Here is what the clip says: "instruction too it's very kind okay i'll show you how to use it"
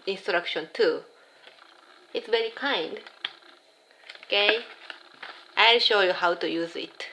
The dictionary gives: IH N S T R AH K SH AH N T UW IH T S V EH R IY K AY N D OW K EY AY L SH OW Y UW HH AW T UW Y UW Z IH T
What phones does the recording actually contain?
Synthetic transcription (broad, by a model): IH N S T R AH K SH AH N T UW IH T S V EH R IY K AY N D OW K EY AY L SH OW Y UW HH AW T UW Y UW Z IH T